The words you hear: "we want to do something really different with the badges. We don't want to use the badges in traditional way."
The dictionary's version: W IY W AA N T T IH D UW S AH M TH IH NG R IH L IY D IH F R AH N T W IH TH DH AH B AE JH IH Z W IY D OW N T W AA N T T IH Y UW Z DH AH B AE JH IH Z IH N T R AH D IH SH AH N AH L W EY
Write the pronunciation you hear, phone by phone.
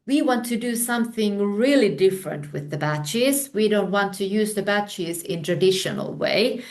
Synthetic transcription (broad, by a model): W IY W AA N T T IH D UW S AH M TH IH NG R IH L IY D IH F R AH N T W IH DH AH B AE CH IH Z W IY D OW N T W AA N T T IH Y UW Z DH AH B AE CH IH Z IH N T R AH D IH SH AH N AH L W EY